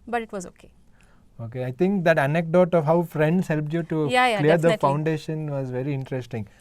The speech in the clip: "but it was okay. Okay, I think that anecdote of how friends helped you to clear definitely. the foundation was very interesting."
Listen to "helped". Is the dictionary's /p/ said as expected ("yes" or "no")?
yes